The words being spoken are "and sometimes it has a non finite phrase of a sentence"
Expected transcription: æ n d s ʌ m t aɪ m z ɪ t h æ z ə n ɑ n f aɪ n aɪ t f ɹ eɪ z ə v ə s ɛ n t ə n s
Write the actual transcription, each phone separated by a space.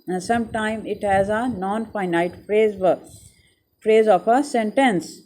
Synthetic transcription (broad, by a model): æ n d s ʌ m t aɪ m ɪ t h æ z ə n ɑ n f aɪ n aɪ t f ɹ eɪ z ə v ə s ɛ n t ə n s